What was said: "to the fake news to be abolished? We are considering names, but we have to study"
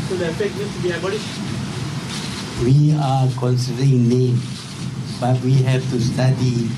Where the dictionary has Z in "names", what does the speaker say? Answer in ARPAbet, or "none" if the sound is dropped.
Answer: none